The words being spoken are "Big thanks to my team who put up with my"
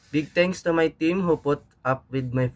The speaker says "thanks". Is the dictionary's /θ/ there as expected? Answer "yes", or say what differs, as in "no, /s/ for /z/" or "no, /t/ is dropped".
no, /t/ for /θ/